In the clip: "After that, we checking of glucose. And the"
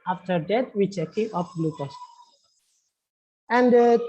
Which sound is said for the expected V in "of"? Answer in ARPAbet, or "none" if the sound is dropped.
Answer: P